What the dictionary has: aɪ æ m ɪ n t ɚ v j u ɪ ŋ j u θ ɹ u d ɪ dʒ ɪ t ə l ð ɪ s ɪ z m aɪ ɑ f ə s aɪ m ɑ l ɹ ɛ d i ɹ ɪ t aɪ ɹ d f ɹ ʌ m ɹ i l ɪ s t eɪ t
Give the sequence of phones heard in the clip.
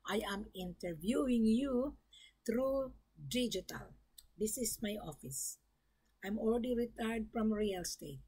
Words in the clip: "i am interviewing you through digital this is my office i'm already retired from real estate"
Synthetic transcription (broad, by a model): aɪ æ m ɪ n t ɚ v j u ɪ ŋ j u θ ɹ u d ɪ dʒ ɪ t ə l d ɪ s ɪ s m aɪ ɑ f ə s aɪ m ɑ l ɹ ɛ d i ɹ ɪ t aɪ ɹ d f ɹ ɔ m ɹ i l s t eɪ t